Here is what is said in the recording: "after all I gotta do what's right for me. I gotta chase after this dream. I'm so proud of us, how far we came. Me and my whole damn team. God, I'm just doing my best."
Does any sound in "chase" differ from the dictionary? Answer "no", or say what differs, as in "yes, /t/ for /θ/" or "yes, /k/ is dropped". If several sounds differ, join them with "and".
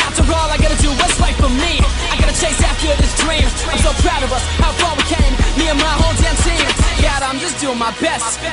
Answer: no